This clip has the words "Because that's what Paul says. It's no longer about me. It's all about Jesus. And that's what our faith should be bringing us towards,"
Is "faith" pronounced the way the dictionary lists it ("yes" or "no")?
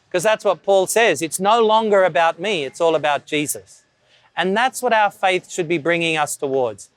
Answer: yes